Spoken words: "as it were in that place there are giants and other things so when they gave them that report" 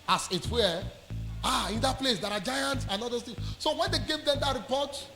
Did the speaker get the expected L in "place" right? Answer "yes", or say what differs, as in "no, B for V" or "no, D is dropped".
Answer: yes